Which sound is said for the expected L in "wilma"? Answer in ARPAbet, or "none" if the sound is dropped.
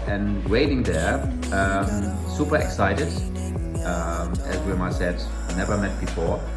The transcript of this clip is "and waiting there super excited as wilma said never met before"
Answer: none